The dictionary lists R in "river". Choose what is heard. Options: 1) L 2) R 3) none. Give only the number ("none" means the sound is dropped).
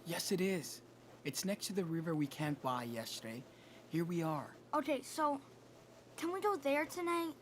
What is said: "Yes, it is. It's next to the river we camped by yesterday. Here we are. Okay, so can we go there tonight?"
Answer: 2